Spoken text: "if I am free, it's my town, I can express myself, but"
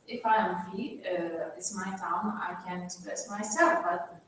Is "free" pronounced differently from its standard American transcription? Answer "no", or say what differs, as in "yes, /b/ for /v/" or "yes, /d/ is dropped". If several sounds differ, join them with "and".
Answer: yes, /ɹ/ is dropped